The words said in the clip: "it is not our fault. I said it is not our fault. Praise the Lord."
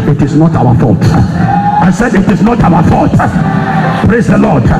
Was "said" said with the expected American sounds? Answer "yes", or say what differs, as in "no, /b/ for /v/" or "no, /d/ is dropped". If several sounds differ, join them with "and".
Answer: yes